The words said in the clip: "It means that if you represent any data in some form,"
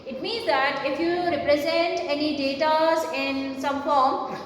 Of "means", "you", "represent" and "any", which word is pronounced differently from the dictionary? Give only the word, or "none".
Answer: none